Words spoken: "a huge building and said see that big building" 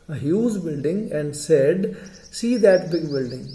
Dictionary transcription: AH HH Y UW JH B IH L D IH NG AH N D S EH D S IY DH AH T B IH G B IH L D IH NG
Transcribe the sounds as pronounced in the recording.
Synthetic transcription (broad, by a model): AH HH Y UW Z B IH L D IH NG AH N D S EH D S IY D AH T B IH G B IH L D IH NG